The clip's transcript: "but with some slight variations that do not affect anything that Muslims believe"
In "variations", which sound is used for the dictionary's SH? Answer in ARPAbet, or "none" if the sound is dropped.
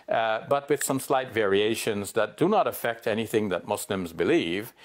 SH